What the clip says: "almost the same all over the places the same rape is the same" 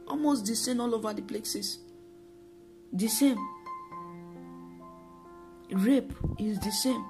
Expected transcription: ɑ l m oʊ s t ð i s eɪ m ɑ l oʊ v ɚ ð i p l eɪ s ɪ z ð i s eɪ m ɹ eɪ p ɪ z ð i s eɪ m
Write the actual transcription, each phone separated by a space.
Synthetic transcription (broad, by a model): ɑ l m oʊ s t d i s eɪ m ɑ l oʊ v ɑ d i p l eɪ s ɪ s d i s eɪ m ɹ eɪ p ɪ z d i s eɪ m